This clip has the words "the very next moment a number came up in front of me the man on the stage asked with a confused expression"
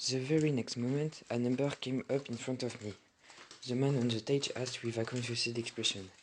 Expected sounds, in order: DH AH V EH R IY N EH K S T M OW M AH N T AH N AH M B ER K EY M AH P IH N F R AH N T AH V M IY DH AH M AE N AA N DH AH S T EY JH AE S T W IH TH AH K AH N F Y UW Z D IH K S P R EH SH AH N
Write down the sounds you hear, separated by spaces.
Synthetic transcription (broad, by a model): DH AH V EH R IY N EH K S T M OW M AH N T AH N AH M B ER K EY M AH P IH N F R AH N T AH V M IY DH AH M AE N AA N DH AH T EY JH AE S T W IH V AH K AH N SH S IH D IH K S P R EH SH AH N